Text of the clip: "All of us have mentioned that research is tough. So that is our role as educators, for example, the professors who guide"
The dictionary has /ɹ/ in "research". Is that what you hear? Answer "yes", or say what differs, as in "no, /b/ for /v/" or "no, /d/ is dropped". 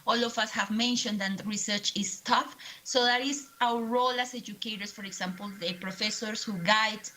yes